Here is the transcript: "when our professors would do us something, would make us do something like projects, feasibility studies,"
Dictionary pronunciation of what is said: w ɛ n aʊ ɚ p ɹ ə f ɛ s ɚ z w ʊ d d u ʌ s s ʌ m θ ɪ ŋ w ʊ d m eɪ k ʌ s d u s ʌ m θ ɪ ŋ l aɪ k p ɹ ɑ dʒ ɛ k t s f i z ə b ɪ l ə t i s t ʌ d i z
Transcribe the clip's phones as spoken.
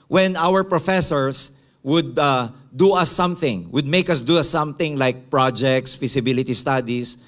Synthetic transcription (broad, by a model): w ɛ n aʊ ɚ p ɹ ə f ɛ s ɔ s w ʊ d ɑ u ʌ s s ʌ m θ ɪ ŋ w ʊ d m eɪ k ʌ s d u s ʌ m θ ɪ ŋ l aɪ k p ɹ ɑ dʒ ɛ k t s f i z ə b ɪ l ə t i s t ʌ d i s